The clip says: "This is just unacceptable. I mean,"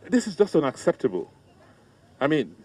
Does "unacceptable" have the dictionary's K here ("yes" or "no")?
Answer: yes